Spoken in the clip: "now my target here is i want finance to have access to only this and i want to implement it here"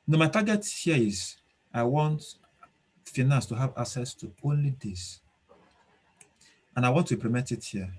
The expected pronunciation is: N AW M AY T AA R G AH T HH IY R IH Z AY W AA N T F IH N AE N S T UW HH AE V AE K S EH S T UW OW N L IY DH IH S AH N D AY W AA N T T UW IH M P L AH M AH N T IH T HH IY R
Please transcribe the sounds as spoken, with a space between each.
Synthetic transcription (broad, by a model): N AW M AY T AA G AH T HH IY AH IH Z AY W AA N T F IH N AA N S T UW HH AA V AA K S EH S T UW OW N L IY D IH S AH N AY W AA N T T UW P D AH M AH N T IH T HH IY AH